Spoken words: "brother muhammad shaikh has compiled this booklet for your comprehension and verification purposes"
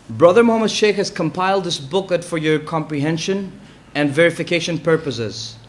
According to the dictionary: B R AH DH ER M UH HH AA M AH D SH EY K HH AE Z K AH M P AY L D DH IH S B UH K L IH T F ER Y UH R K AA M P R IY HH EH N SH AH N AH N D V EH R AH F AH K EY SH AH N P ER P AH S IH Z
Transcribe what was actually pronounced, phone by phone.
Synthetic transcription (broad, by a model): B R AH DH ER M UH HH AA M AH D SH EY K HH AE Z K AH M P AY L D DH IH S B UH K IH T F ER Y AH R K AA M P R IY HH EH N SH AH N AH N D V EH R AH F AH K EY SH AH N P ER P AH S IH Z